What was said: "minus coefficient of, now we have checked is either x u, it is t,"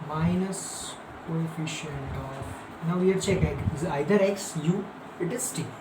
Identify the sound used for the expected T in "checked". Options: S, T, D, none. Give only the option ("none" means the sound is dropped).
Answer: none